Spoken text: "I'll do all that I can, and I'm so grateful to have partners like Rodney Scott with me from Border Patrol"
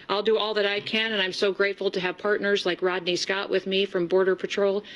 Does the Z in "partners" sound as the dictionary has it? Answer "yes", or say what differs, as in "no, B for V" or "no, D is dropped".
yes